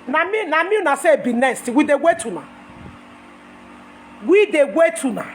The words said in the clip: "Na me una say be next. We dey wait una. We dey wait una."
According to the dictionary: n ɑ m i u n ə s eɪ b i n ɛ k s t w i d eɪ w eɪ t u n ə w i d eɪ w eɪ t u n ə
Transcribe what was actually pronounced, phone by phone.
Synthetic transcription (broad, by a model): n ɑ m i u n ə s eɪ b i n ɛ s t w i d eɪ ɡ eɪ t u n ə w i d eɪ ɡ eɪ t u n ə